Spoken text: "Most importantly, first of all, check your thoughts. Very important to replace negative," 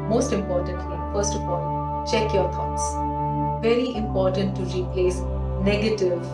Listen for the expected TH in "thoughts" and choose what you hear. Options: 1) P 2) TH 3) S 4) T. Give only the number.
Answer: 4